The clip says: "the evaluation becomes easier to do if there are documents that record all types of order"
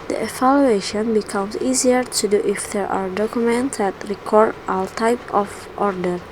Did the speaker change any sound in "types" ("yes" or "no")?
yes